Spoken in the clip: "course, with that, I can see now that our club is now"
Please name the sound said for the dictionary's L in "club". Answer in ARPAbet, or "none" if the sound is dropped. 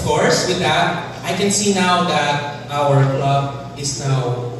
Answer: L